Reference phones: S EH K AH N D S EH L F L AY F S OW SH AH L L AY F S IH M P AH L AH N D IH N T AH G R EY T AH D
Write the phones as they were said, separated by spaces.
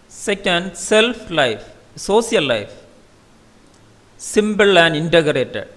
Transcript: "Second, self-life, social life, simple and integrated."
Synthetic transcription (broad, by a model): S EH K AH N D S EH L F L AY F S OW S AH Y L AY F S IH M B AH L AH N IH N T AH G R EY T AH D